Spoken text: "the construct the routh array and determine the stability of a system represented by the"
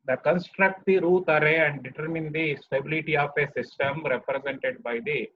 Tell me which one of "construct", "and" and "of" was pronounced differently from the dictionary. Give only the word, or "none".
of